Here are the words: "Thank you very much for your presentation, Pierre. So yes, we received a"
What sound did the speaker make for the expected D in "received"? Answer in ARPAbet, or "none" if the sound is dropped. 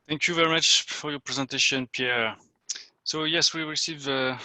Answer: none